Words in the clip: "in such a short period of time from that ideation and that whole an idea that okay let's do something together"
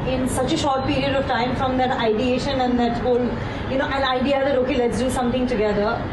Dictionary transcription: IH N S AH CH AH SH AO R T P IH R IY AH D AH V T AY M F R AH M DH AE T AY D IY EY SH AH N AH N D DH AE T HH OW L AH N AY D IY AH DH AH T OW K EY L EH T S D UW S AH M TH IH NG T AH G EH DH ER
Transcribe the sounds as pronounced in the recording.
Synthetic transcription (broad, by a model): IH N S AH CH AH SH AO R T P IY R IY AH D AH V T AY M F R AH M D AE T AY D IY EY SH AH N AH N D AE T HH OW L AH N AY D IY AH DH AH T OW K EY L EH T S D UW S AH M T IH NG T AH G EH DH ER